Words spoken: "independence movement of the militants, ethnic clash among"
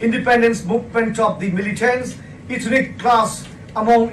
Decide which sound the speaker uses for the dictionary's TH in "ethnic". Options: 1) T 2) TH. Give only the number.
1